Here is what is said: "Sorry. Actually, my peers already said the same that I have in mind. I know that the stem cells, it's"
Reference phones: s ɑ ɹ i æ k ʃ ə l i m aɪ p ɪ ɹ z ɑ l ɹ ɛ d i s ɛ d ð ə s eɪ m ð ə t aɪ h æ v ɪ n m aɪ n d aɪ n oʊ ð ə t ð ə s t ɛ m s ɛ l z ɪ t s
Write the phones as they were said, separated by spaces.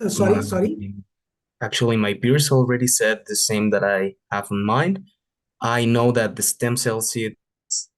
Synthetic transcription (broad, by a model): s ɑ ɹ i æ k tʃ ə l i m aɪ b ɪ ɹ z l ɹ ɛ d i s ɛ d ð ə s eɪ m ð ə t aɪ h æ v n m aɪ n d aɪ n oʊ ð ə t ð ə s t ɛ m s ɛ l s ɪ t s